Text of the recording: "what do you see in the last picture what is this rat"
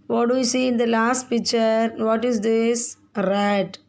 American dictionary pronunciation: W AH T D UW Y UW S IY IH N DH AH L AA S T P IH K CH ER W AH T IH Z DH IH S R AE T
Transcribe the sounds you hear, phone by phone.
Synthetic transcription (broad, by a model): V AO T D UW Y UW S IY IH N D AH L AA S T P IH K CH ER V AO T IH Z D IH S R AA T